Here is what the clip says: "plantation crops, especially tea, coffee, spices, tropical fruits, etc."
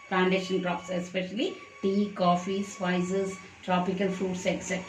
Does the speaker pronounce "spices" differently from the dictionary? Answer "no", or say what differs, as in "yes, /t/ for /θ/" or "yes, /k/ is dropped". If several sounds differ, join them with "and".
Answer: yes, /f/ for /p/